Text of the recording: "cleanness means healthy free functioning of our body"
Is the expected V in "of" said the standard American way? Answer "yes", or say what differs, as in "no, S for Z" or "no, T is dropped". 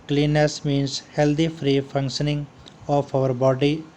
no, P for V